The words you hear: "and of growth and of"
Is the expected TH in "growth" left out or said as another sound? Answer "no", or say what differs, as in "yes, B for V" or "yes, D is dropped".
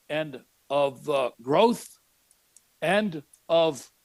no